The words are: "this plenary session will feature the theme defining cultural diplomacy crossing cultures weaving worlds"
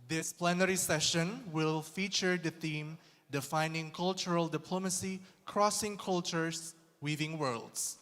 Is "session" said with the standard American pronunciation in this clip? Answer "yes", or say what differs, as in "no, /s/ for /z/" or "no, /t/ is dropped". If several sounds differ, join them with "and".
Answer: yes